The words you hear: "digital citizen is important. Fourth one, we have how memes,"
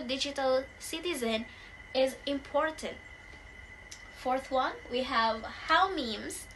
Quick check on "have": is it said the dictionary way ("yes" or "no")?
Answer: yes